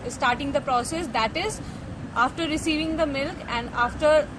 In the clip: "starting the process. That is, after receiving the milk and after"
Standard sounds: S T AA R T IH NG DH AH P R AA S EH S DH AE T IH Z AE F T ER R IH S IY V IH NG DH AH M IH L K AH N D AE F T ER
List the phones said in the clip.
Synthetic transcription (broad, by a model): S T AA R T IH NG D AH P R AA S EH S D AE T IH Z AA F T ER R IH S IY V IH NG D AH M IH L K AH N D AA F T ER